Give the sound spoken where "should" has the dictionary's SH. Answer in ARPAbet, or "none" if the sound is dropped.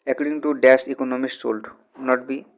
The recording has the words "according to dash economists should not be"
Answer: S